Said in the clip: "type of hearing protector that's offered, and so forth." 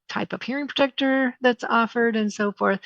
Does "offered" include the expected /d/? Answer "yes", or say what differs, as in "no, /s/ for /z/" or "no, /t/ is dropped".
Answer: yes